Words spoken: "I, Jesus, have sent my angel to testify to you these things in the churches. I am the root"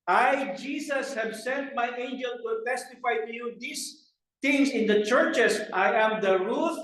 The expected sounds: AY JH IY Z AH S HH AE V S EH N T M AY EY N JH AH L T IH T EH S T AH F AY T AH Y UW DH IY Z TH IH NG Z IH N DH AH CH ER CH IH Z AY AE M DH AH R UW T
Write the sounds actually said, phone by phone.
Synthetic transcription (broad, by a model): AY JH IY S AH S HH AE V S EH N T M AY EY N JH AH L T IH T EH S T AH F AY T AH Y UW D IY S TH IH NG S IH N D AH CH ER CH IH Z AY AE M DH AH R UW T